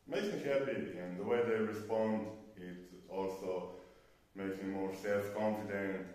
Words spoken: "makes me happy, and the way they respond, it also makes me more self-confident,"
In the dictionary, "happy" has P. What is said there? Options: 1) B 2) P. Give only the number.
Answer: 1